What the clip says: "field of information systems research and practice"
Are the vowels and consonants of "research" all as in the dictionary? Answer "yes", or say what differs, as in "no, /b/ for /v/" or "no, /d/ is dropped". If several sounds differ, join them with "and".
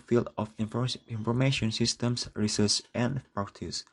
no, /s/ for /tʃ/